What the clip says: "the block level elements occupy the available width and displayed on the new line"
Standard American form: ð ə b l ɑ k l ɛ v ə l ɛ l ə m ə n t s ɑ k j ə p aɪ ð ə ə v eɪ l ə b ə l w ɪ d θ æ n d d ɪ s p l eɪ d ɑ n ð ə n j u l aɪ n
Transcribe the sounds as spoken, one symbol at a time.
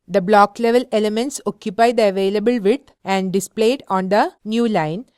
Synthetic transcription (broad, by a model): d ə b l ɑ k l ɛ v ə l ɛ l ə m ə n t s ɑ k j ə p aɪ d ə ə v eɪ l ə b ə l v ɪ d æ n d d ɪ s p l eɪ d ɑ n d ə n j u l aɪ n